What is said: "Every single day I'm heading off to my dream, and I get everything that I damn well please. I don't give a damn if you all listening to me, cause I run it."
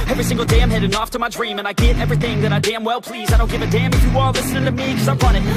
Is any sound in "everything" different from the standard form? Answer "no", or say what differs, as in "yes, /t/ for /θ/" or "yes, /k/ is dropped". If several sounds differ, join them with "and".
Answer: no